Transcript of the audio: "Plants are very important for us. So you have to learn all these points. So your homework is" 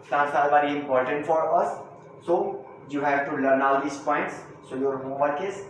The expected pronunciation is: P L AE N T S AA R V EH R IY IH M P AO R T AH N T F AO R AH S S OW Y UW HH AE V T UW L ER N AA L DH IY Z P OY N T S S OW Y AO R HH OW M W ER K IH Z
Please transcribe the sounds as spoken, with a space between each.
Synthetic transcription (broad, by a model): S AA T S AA L V EH R IY IH M P AO R T AH N T F AO R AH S S OW Y UW HH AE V T UW L ER N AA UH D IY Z P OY N T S S OW Y AO R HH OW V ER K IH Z